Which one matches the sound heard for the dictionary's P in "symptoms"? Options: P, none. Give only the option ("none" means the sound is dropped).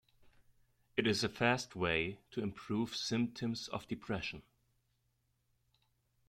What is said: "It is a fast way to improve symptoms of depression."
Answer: P